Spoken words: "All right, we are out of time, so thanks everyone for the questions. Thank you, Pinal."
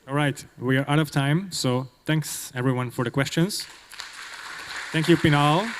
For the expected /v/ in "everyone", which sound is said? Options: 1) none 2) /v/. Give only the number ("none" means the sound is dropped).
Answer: 2